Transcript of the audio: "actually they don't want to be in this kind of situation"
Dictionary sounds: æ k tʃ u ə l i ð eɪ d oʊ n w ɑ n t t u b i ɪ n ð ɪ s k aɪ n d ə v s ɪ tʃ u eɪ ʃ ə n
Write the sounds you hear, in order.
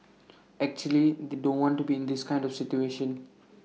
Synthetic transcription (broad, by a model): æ k tʃ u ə l i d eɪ d oʊ n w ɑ n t t u b i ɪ n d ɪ s k aɪ n d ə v s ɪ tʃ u eɪ ʃ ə n